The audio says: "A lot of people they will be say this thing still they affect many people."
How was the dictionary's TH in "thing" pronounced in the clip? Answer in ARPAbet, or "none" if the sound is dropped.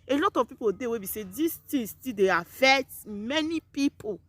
T